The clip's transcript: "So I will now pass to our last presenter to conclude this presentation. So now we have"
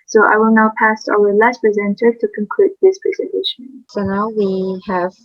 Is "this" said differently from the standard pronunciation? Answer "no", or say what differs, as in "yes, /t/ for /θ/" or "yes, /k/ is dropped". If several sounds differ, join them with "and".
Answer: no